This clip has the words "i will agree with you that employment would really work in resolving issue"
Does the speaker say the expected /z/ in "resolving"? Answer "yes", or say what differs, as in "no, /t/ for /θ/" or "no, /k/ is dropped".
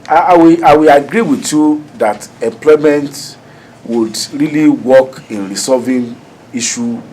no, /s/ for /z/